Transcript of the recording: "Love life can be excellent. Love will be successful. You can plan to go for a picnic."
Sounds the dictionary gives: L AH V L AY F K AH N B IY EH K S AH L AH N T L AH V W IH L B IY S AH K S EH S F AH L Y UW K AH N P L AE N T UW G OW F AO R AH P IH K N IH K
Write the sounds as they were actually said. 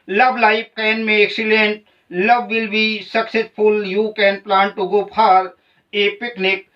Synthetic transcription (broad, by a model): L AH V L AY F K AH N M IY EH K S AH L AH N T L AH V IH L B IY S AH K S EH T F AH L Y UW K AH N P L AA N T UW G OW P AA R AH P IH K N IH K